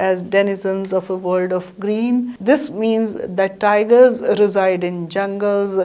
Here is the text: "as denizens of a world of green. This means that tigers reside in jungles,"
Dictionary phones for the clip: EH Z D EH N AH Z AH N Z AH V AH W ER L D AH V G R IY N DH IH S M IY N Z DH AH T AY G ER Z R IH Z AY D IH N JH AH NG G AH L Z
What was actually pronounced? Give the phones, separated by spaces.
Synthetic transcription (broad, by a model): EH Z D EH N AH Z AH N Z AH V AH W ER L D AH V G R IY N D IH S M IY N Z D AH T AY G ER Z R IH Z AY D IH N JH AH NG G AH L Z